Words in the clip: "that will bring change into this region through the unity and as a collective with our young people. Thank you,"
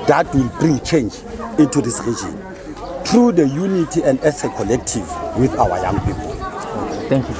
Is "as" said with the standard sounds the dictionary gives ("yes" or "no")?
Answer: no